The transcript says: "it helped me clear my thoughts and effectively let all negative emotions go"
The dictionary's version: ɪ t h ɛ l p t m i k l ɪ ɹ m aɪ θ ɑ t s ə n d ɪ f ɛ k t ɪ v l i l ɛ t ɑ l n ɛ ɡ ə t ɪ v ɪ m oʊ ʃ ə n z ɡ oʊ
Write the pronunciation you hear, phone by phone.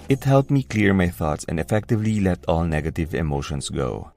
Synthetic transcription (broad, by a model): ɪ t h ɛ l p m i k l ɪ ɹ m aɪ θ ɑ t s ə n d ɪ f ɛ k t ɪ v l i l ɛ t ɑ l n ɛ ɡ ə t ɪ v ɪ m oʊ ʃ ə n s ɡ oʊ